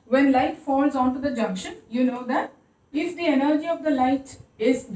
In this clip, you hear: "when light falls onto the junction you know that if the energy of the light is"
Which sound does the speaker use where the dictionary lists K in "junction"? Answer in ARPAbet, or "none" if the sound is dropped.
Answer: K